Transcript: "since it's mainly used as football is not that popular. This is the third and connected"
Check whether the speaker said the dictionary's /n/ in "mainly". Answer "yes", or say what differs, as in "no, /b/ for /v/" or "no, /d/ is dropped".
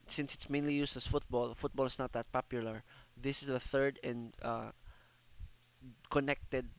yes